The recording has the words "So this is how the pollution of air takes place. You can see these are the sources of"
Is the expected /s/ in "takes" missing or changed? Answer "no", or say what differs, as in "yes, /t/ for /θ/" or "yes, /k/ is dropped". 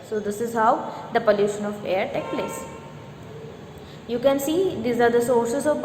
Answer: yes, /s/ is dropped